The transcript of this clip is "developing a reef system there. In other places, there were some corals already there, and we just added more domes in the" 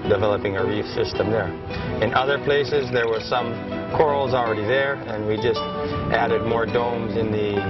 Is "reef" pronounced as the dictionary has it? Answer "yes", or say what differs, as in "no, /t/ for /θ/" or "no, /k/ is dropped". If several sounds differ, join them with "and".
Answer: yes